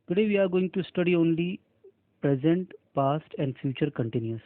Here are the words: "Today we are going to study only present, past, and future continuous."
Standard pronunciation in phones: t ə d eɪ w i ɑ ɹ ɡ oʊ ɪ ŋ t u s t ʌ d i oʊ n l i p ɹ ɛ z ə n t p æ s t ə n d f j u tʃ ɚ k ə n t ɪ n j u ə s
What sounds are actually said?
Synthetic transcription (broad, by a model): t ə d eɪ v i ɑ ɹ ɡ oʊ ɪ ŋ t u s t ʌ d i oʊ n l i p ɹ ɛ z ə n t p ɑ s t ə n d f j u tʃ ɚ k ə n t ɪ n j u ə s